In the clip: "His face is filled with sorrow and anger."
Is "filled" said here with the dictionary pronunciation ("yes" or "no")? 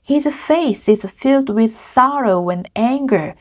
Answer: yes